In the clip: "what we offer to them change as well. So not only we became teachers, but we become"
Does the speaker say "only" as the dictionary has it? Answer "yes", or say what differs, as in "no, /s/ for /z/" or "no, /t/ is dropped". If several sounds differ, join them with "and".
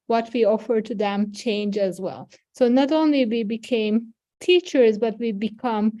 yes